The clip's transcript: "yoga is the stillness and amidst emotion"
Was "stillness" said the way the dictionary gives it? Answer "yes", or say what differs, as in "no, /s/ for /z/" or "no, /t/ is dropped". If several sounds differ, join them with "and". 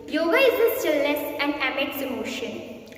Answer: no, /n/ is dropped